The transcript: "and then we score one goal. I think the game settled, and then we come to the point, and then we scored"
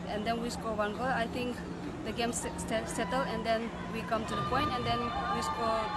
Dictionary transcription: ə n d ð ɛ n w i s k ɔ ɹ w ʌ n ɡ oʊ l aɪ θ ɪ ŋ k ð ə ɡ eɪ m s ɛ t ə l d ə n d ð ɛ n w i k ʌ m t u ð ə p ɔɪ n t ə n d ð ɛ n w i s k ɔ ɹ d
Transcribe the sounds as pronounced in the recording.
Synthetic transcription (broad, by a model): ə n d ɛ n w i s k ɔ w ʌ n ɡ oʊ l aɪ t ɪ ŋ k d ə ɡ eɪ m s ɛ t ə l ə n d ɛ n w i k ʌ m t u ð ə p ɔɪ n t ə n d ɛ n w i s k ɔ